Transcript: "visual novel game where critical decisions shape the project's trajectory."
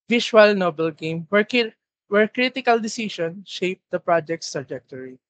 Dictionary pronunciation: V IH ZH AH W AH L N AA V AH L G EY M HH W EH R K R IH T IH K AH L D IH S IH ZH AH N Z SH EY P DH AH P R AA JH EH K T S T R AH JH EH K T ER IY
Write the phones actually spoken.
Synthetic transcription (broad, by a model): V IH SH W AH L N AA B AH L G EY M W W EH R K R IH T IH K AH L D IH S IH SH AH N SH EY P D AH P R AA JH EH K T S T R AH JH EH K T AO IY